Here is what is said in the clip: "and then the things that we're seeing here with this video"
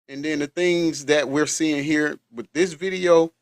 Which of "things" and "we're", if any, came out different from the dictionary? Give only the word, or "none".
none